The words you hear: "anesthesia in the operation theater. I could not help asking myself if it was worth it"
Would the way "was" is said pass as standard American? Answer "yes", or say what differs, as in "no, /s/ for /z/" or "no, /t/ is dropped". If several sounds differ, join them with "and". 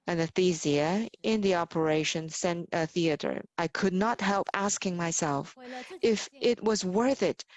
yes